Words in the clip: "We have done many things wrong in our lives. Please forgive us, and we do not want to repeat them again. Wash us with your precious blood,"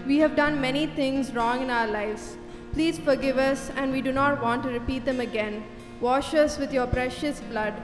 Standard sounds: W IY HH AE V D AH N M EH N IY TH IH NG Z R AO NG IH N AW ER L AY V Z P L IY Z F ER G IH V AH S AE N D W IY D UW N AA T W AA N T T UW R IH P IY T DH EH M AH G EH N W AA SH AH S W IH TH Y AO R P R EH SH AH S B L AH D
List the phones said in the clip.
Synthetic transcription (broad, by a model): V IY HH AE V D AH N M EH N IY T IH NG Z R AO NG IH N AW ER L AY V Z P L IY Z F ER G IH V AH S AE N D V IY D UW N AA T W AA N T T UW R IH P IY T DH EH M AH G EH N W AA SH AH S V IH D Y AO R P R EH SH AH S B L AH D